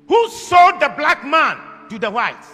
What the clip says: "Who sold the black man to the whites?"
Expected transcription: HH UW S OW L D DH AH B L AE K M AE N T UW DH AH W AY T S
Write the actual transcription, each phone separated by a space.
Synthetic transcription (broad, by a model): HH UW S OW D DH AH B L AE K M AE N T UW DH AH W AY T